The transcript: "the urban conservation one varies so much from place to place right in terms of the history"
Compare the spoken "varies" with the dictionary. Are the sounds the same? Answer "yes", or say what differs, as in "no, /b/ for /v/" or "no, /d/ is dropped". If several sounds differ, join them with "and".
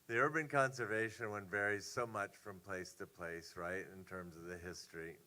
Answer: yes